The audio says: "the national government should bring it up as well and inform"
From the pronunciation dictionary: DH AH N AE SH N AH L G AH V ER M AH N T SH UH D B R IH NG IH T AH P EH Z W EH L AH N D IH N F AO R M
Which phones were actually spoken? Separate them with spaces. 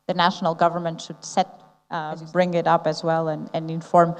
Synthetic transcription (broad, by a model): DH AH N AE SH N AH L G AH V ER M AH N T SH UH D B R IH NG IH T AH P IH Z W EH L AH N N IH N F AO R M